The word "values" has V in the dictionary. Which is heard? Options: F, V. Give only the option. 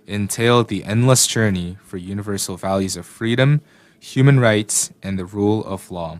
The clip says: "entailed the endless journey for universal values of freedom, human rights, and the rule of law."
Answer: V